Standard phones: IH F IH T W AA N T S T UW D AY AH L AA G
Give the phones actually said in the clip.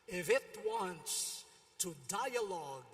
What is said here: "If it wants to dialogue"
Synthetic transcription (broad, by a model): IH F IH T W AA N T S T UW D AY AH L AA G